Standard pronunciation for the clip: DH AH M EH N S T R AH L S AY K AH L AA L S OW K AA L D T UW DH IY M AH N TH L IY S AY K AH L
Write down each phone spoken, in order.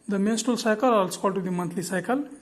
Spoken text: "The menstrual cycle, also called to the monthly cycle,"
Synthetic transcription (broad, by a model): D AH M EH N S T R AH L S AY K AH L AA L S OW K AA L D T UW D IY M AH N T L IY S AY K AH L